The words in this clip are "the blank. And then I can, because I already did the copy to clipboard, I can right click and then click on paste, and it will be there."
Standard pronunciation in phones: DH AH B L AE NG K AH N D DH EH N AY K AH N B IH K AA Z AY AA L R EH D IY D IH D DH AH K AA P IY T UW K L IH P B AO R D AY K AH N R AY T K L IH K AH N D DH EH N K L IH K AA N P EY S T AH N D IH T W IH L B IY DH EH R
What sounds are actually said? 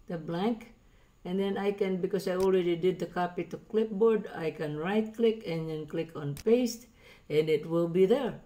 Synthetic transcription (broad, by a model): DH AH B L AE NG K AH N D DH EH N AY K AH N B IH K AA S AY AA L R EH D IY D IH D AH K AA P IY T UW K L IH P B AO R D AY K AH N R AY T K L IH K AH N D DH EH N K L IH K AA N P EY S T AH N D IH T W IH L B IY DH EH R